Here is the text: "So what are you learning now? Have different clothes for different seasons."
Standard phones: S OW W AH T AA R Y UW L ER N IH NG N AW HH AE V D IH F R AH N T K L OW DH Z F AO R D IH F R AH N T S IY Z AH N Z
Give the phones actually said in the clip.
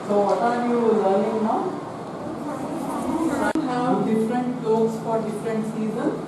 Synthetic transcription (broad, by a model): S OW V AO T AA R Y UW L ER L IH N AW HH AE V D IH F R AH N T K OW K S F AO R D IH F R AH N T S IY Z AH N